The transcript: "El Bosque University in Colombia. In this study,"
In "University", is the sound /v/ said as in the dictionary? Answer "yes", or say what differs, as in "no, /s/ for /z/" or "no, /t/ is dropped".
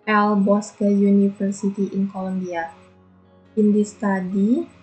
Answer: no, /f/ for /v/